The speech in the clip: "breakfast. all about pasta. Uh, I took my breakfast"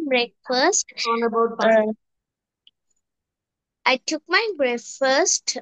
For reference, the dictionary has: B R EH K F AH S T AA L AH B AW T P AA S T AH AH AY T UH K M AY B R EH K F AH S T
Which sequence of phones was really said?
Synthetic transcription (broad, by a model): B R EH K F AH S T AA N AH B AW T B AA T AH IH T UH K M AY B R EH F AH S T